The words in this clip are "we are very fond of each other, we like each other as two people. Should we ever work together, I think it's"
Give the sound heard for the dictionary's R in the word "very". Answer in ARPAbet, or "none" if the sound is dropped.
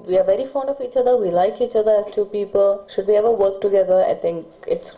R